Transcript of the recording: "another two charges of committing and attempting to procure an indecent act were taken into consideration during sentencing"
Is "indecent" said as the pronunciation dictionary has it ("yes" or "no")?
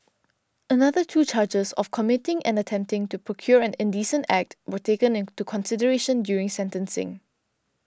yes